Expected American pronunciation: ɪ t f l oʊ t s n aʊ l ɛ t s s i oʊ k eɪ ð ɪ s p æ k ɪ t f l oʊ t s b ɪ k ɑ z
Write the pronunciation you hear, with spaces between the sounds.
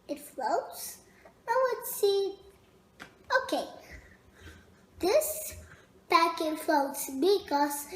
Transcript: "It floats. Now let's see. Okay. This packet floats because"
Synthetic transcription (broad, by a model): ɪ t f l oʊ t s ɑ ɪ w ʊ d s s i oʊ k eɪ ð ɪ s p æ k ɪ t f l oʊ t s b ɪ k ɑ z